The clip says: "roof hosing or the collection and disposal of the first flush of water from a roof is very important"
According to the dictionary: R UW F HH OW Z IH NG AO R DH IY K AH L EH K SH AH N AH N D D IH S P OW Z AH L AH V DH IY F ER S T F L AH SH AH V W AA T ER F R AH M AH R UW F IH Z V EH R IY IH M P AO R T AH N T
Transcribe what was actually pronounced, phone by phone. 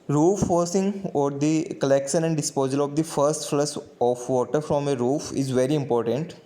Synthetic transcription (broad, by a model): R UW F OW S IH NG AO R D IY K AH L EH K SH AH N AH N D D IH S P OW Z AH L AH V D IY F ER S T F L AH S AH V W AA T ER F R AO M AH R UW F IH Z V EH R IY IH M P AO R T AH N T